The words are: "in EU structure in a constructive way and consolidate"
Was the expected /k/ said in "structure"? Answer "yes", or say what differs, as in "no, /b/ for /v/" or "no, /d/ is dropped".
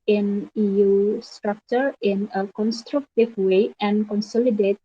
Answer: yes